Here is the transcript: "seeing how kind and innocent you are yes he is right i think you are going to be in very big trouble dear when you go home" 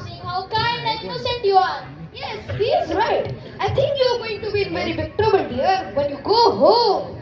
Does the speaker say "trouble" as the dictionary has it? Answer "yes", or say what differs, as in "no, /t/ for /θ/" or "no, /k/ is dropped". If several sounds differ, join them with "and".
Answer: no, /ɹ/ is dropped and /n/ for /l/